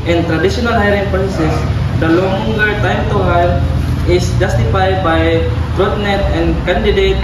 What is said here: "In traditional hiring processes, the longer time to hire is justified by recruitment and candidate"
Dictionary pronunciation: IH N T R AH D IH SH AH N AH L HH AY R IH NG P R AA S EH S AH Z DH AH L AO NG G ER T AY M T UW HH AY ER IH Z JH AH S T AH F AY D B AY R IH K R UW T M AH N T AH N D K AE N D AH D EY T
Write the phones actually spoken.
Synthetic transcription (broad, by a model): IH N T R AH D IH SH AH N AH L HH AY R IH NG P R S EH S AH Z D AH L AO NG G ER T AY M T UW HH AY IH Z JH AH S T AH F AY D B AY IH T R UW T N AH T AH N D K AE N D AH D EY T